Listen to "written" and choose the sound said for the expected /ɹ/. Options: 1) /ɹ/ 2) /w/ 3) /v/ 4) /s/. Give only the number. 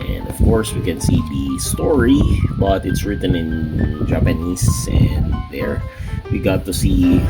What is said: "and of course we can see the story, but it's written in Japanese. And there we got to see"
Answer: 1